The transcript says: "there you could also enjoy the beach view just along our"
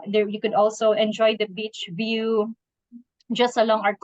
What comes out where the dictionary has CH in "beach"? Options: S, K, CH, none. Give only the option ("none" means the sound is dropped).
CH